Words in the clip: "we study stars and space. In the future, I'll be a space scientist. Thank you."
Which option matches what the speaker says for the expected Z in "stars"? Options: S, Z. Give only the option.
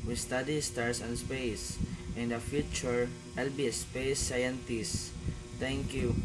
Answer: S